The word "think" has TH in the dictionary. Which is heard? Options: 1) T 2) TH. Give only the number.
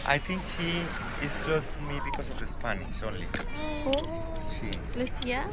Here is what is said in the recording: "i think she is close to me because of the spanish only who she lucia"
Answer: 1